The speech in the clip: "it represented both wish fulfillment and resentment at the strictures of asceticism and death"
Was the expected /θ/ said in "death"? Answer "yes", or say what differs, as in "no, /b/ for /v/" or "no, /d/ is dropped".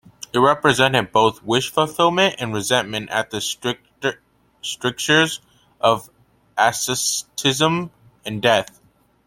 yes